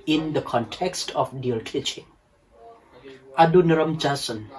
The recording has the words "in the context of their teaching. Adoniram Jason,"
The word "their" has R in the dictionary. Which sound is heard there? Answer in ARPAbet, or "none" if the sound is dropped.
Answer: L